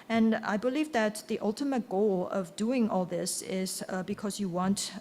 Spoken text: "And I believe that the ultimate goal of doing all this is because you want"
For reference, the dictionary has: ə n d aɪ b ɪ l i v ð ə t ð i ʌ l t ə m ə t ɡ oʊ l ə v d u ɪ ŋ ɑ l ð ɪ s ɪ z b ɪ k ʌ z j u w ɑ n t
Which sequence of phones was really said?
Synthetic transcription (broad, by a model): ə n aɪ b ɪ l i v ð ə t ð i ʌ l t ə m ə t ɡ oʊ l ə v d u ɪ ŋ ɑ l ð ɪ s ɪ z b ɪ k ʌ z j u w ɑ n t